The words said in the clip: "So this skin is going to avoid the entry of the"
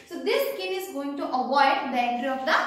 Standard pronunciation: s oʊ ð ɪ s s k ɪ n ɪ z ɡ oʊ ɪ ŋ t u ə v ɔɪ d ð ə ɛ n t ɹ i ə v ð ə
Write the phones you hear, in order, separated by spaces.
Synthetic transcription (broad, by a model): s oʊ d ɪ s s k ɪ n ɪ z ɡ oʊ ɪ ŋ t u ə v ɔɪ d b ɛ t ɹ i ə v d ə